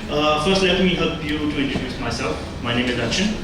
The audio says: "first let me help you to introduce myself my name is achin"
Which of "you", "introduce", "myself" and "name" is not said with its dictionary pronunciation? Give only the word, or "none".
introduce